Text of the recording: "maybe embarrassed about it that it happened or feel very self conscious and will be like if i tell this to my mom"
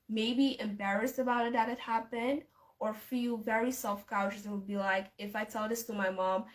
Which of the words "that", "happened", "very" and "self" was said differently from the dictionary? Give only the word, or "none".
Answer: none